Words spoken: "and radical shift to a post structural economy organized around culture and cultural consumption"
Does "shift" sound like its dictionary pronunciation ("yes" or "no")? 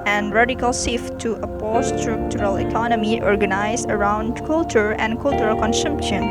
no